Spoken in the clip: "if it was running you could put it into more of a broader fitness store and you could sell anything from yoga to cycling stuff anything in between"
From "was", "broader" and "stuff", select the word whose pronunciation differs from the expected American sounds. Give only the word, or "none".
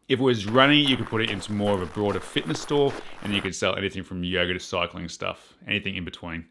none